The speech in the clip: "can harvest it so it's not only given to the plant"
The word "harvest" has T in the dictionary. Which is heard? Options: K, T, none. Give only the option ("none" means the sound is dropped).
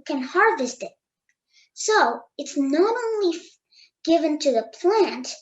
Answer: T